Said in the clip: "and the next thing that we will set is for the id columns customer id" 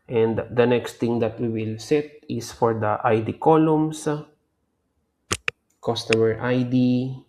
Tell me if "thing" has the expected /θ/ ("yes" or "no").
no